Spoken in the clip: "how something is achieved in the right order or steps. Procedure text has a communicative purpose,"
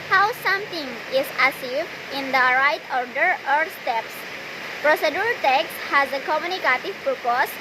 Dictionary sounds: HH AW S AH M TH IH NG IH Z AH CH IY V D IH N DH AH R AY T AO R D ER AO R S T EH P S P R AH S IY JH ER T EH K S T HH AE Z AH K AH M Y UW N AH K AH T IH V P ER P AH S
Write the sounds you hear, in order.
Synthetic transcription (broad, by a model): HH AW S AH M T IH NG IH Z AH S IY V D IH N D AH R AY T AO R D ER AO R S T EH P S P R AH S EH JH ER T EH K S HH AE Z AH K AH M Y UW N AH K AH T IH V P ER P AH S